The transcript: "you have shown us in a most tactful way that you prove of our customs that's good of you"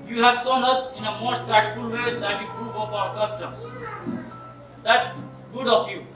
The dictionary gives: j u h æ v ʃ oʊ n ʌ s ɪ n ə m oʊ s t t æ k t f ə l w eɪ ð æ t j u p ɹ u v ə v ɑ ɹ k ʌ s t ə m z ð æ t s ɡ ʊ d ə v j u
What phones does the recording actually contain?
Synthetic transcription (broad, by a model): j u h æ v s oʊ n ʌ s ɪ n ə m oʊ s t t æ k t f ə l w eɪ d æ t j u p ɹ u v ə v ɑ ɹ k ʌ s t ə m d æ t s ɡ ʊ d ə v j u